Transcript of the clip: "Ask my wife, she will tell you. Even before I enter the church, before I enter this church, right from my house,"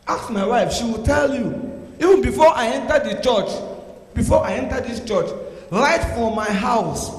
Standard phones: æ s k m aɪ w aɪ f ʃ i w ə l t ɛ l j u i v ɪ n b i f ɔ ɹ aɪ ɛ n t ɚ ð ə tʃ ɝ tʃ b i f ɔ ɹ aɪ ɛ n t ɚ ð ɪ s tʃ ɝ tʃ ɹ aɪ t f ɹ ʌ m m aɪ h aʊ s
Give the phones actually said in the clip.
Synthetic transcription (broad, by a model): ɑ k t m aɪ w aɪ f ʃ i w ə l t ɛ l j u i v ɪ n b i f ɔ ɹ aɪ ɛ n t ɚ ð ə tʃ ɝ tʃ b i f ɔ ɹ aɪ ɛ n t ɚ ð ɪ s tʃ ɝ tʃ l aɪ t f ɹ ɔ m m aɪ h aʊ s